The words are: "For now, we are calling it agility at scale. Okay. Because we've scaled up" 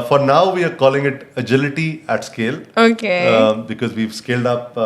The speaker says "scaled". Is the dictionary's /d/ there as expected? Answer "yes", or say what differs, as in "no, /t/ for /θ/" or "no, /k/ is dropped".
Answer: yes